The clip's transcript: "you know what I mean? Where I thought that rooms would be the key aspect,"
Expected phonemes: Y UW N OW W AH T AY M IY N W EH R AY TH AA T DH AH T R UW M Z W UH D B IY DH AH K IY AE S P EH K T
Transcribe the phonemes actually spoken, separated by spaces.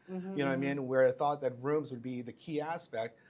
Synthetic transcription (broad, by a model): Y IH N OW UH AY M IY N W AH R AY TH AA T DH AH T R UW M Z W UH D B IY DH AH K IY AE S P EH K T